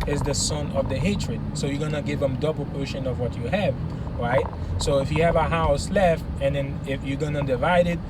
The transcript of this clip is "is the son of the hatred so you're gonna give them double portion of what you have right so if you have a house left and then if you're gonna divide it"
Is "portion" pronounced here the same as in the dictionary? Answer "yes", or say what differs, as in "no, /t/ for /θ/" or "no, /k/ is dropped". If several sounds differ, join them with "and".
yes